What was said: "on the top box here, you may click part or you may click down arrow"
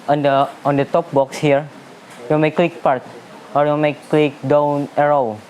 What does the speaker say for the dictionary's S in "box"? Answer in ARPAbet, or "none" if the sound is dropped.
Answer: S